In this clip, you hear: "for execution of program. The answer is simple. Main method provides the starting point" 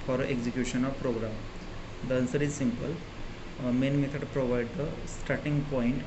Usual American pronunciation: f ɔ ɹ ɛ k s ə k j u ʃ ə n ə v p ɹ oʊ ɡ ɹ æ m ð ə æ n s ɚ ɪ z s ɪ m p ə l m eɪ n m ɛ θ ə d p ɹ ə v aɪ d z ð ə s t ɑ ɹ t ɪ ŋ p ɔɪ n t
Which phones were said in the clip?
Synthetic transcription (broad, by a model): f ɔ ɹ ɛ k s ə k j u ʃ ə n ə v p ɹ oʊ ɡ ɹ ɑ m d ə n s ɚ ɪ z s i m p ə l m eɪ n m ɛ t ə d p ɹ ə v aɪ d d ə s t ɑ ɹ t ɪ ŋ p ɔɪ n t